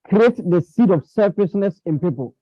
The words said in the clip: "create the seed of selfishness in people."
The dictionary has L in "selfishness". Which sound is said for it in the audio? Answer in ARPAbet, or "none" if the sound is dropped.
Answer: none